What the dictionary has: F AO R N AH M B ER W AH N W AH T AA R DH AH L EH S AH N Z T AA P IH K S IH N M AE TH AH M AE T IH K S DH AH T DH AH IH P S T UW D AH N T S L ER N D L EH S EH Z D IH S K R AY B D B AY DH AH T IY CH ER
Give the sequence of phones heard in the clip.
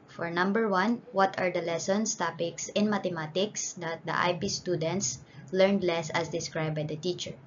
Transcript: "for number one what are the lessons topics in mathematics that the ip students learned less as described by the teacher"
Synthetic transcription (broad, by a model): F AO R N AH M B ER W AH N W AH T AA R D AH L EH S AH N S T AA P IH K S IH N M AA T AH M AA T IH K S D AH T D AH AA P S T UW D AH N T S L ER N D L EH S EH S D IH S K R AY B B AY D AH T IY CH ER